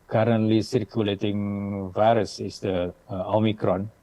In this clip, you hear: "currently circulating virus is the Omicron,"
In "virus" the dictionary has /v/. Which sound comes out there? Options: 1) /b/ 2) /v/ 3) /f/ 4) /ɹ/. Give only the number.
2